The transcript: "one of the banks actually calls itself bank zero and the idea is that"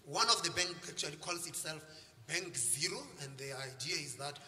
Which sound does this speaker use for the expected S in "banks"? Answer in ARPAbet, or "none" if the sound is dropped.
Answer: none